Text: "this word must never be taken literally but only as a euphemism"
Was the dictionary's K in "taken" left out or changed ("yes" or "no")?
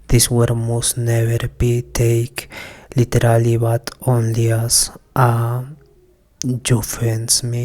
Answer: yes